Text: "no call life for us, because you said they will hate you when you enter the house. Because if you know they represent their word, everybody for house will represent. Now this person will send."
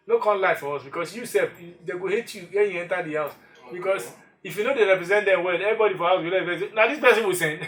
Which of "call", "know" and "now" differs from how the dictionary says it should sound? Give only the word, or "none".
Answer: call